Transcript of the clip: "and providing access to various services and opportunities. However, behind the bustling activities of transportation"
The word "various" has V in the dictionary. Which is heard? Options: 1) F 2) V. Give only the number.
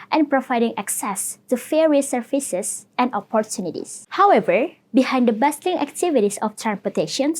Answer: 1